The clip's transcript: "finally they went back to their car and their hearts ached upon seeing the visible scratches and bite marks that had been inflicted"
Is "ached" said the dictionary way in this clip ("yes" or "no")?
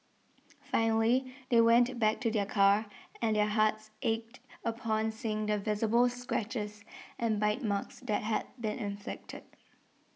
yes